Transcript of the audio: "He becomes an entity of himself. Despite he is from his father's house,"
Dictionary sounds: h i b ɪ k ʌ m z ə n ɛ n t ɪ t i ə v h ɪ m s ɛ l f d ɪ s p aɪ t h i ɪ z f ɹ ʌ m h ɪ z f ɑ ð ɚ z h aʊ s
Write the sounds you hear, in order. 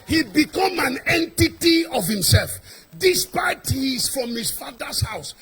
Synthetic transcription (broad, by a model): h i b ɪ k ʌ m ə n ɛ n t ɪ t i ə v h ɪ m s ɛ l f d ɪ s p aɪ t h i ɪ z f ɹ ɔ m h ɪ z f ɑ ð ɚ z h aʊ s